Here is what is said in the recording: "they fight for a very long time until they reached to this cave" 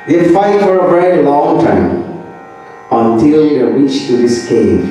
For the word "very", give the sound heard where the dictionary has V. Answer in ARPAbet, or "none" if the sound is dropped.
B